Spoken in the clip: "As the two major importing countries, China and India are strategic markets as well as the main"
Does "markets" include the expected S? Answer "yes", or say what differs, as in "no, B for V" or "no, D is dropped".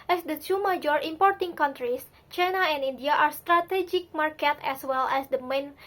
no, S is dropped